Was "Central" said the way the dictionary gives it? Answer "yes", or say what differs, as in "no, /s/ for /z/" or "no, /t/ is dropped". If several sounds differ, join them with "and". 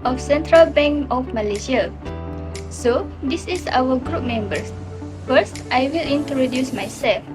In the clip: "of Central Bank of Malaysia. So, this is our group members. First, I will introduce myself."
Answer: yes